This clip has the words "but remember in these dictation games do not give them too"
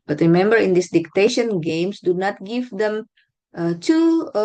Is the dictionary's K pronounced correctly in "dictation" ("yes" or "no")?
yes